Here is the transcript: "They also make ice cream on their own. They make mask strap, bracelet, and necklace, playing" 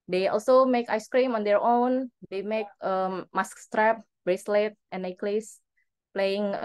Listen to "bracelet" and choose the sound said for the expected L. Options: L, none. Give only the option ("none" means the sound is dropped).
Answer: L